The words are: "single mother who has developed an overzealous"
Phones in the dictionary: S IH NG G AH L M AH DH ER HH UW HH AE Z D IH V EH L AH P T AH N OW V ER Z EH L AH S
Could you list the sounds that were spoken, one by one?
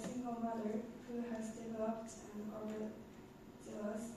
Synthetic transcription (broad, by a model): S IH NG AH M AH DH ER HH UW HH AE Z D IH V EH L AH P T AH N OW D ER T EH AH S